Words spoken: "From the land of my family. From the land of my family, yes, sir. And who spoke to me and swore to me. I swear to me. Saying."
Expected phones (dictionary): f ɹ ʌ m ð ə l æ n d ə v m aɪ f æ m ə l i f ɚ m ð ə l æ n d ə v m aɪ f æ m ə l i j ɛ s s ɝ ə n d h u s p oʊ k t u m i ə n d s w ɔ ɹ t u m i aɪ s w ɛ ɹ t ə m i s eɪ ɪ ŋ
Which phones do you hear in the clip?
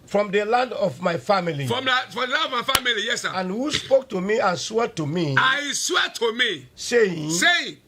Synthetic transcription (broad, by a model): f ɹ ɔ m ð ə l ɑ n d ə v m aɪ f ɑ m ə l i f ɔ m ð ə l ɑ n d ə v m aɪ f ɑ m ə l i j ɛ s s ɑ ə n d h u s p oʊ k t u m i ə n s w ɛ t u m i aɪ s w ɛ t ə m i s eɪ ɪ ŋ